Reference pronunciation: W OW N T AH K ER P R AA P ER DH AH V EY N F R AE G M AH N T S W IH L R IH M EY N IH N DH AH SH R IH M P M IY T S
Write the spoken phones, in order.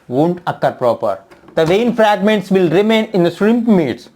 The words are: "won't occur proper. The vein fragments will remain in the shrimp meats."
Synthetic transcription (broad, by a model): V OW N T AH K ER P R AA P ER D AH V EY N F R AE G M AH N T S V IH L R IH M EY N IH N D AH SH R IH M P M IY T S